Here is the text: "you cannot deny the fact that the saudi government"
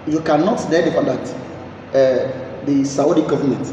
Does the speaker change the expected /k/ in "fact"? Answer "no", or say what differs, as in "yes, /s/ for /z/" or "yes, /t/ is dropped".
yes, /k/ is dropped